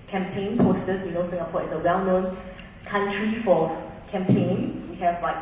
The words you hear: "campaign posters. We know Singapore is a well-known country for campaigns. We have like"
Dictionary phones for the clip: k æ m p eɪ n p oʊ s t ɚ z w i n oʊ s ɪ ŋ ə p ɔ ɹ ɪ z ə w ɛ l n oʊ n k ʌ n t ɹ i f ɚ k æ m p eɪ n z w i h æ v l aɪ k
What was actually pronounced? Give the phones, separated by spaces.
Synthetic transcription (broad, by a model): k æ m p eɪ n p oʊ s t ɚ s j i n oʊ s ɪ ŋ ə p ɔ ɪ s ə w ɛ l n oʊ n k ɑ n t ɹ i f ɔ k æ m p eɪ n w i h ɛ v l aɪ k